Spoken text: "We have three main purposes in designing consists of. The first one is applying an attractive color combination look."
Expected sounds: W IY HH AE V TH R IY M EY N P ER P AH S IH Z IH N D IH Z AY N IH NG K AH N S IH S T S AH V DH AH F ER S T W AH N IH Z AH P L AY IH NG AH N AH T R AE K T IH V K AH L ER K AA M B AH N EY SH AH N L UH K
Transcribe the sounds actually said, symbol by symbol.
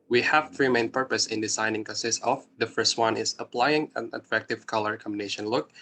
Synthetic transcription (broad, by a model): W IY HH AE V T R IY M EY N P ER P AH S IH IH N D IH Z AY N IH NG K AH N S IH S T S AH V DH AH F ER S T W AH N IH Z AH P L AY IH NG AH N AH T R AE K T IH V K AH L ER K AA M B AH N EY SH AH N L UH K